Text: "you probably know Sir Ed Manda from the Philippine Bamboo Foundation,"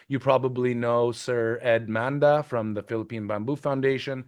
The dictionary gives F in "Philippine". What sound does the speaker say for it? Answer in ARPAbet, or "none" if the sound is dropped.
F